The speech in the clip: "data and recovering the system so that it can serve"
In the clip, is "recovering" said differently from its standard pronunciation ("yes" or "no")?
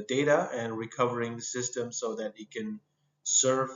no